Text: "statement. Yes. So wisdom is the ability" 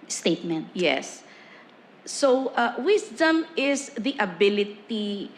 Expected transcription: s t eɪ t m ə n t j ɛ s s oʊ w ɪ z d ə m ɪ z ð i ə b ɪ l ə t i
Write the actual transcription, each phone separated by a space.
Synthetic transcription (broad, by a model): s t eɪ t m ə n t j ɛ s s oʊ w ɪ s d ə m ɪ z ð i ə b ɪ l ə t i